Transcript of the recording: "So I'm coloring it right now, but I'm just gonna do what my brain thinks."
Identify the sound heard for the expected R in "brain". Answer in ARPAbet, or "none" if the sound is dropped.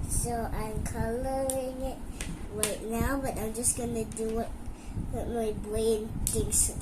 none